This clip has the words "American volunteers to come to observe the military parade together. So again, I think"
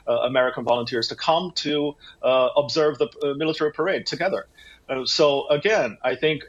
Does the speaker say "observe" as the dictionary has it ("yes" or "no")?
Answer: yes